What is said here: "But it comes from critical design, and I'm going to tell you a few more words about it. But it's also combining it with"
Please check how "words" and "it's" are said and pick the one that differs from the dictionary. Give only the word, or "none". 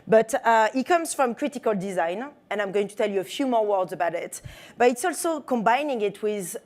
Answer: none